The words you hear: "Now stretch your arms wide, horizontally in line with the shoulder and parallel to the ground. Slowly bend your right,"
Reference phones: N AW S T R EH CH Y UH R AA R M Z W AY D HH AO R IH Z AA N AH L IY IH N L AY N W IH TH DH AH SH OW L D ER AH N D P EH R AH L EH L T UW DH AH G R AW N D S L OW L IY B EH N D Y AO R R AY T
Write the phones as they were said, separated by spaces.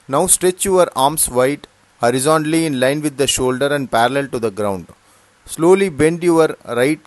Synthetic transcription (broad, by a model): N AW S T R EH CH Y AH R AA R M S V AY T HH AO R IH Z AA N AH L IY IH N L AY N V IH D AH SH OW L D ER AH N D P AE R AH L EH L T UW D AH G R AW N D S L OW L IY B EH N D Y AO R R AY T